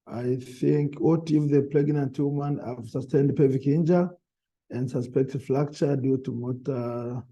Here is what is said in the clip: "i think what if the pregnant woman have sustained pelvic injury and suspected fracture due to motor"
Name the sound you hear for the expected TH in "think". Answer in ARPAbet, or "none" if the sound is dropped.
TH